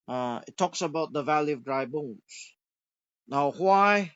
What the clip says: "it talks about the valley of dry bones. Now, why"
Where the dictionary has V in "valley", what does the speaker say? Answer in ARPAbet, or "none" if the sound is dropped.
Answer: V